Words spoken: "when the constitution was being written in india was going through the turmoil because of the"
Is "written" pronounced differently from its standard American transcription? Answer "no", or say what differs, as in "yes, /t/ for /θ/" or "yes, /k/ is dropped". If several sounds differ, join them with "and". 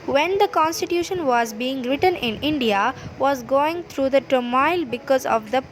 no